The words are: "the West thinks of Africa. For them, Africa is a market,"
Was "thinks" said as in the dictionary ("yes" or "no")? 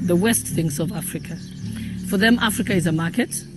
no